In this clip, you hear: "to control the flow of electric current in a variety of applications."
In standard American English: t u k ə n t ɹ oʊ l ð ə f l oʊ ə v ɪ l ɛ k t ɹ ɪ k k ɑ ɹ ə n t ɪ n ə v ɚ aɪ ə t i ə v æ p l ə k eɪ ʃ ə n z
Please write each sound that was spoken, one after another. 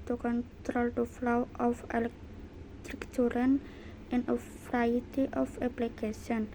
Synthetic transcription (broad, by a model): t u k ə n t ɹ oʊ l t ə f l oʊ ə f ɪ l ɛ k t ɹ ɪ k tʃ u ɹ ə n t ɪ n ə f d aɪ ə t i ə f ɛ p l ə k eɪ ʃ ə n